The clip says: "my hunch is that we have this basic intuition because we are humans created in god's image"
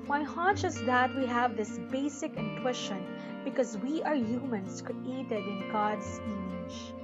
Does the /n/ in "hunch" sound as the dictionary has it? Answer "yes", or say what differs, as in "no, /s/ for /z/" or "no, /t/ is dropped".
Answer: no, /n/ is dropped